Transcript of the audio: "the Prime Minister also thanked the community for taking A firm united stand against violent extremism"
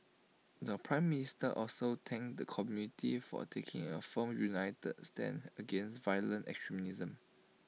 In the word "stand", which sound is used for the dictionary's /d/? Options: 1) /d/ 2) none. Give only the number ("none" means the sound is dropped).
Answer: 2